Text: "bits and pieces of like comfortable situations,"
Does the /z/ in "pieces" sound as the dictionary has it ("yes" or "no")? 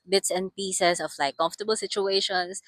no